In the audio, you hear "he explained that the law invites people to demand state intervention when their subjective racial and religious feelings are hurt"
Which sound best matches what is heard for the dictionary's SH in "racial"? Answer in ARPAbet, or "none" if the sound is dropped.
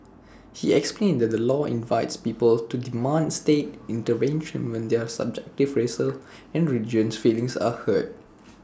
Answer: S